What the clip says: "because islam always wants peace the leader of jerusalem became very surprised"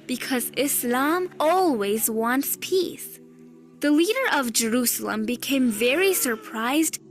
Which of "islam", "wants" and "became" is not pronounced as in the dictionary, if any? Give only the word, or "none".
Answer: none